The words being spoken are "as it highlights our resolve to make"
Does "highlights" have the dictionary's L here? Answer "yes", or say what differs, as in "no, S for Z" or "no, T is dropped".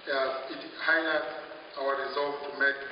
no, N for L